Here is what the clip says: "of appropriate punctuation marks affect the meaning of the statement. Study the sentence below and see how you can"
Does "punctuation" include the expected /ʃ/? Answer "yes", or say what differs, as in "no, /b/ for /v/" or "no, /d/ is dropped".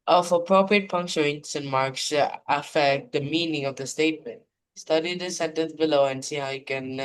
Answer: no, /s/ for /ʃ/